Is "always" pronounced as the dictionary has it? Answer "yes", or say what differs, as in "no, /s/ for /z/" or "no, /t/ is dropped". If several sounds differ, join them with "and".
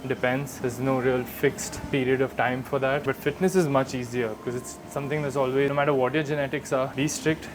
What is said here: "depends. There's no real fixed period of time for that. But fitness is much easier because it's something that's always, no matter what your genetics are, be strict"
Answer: no, /z/ is dropped